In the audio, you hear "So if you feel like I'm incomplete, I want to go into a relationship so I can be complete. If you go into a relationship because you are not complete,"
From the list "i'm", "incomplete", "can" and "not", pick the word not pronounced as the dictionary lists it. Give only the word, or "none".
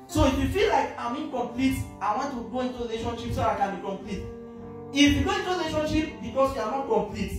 none